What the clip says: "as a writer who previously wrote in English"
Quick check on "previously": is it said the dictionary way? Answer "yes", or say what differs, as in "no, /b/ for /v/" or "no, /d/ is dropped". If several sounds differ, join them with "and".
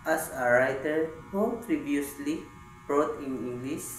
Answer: no, /b/ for /v/